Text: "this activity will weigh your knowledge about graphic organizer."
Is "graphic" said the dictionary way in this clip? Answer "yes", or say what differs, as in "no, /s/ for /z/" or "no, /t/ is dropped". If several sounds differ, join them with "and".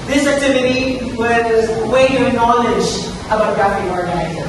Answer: no, /k/ is dropped